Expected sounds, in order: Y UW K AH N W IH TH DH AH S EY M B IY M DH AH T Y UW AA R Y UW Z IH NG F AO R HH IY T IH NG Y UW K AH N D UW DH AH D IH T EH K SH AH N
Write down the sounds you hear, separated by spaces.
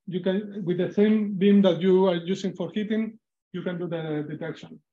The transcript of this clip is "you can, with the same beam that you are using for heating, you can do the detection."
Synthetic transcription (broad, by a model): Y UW K AH N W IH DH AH S EY M B IY M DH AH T Y UW AA R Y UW S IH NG F AO R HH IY T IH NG Y UW K AH N D UW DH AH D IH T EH K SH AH N